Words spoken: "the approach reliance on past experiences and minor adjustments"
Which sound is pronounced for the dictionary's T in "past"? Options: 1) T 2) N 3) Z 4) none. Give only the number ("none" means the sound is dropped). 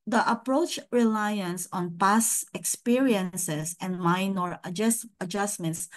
4